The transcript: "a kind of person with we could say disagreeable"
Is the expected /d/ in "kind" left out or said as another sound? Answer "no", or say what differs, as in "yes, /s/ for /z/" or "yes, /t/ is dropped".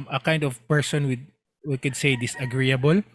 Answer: no